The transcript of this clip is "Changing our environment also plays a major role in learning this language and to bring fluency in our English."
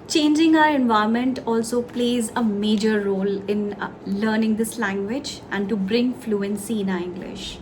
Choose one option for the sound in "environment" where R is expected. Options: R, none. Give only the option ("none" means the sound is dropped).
none